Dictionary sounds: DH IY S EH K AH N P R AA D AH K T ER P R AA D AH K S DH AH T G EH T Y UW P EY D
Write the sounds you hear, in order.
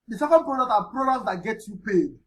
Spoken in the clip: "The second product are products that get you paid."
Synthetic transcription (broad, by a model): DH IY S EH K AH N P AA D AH T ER P R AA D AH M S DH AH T G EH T Y UW P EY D